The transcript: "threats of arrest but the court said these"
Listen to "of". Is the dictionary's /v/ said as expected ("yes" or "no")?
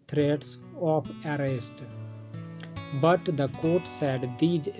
no